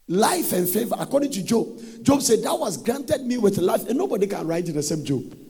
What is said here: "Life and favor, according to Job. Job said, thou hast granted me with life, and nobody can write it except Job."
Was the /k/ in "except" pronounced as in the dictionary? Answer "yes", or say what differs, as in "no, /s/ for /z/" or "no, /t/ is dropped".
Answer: no, /k/ is dropped